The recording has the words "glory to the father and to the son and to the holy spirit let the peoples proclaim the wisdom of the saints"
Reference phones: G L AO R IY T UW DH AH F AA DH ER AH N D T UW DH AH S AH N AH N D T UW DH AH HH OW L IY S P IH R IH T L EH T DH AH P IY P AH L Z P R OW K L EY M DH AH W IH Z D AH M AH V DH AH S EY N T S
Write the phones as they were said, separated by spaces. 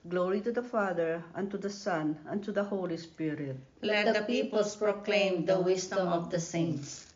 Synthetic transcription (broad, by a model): G L AO R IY T UW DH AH F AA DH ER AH N T UW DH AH S AH N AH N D T UW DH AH HH OW L IY S P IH R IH T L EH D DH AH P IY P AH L S P R OW K L EY M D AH W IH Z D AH M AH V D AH S EY N T S